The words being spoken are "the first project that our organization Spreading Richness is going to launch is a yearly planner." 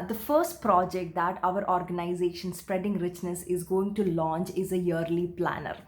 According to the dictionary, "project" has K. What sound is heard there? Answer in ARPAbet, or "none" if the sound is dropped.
K